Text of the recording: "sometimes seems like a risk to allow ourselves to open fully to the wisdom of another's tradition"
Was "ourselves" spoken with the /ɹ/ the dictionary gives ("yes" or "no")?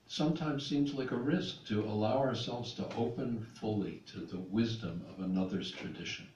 yes